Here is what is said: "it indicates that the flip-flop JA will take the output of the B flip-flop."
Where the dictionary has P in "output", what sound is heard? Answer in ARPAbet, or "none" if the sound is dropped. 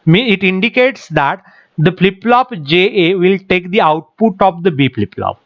P